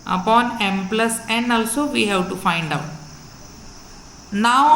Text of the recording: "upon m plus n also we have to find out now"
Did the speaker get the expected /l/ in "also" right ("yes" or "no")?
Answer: yes